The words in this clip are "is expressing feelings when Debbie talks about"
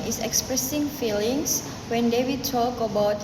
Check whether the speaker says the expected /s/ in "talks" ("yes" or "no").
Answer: no